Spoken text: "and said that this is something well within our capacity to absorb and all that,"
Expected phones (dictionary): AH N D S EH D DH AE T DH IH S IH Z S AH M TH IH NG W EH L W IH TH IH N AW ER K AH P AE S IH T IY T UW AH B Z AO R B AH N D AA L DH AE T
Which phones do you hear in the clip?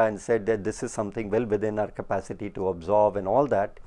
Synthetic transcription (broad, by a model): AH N D S EH D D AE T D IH S IH Z S AH M T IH NG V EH L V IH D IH N AW ER K AH P AE S IH T IY T UW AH B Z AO R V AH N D AA L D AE T